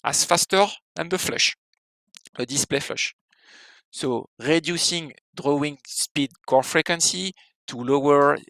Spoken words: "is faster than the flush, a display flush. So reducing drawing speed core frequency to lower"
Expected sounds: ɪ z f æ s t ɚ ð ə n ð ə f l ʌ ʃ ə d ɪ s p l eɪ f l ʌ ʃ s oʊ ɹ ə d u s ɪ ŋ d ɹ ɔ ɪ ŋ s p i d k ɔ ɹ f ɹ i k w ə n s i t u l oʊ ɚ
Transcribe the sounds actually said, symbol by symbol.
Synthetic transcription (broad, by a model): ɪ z f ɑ s t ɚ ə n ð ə f l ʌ ʃ ə d ɪ s p l eɪ f l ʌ ʃ s oʊ ɹ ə d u s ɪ ŋ d ɹ ɔ ɪ ŋ s p i d k ɔ ɹ f ɹ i k w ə n s i t u l oʊ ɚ